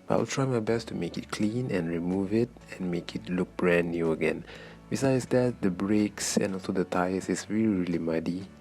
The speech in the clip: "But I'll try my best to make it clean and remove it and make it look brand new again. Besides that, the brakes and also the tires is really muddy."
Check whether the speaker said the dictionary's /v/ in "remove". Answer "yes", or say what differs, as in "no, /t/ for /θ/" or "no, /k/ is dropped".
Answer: yes